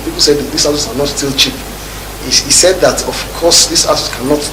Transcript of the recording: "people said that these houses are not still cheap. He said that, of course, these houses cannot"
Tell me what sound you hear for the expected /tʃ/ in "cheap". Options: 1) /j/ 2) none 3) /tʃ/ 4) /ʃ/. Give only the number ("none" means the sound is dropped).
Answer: 3